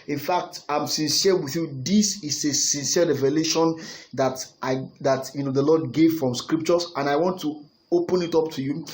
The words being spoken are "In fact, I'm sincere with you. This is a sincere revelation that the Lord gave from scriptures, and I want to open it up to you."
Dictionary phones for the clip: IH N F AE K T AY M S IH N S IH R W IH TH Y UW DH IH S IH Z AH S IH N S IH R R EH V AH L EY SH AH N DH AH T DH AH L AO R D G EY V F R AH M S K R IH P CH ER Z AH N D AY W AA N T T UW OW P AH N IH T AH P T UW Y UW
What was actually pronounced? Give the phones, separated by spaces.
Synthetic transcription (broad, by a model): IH N F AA K T AY M S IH N S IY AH W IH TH Y UW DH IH S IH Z AH S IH N S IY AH R EH V AH L EY SH AH N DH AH T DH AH N AO L D G EY V F R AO M S K R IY P CH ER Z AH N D AY W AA N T T UW OW P AH N IH T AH P T UW Y UW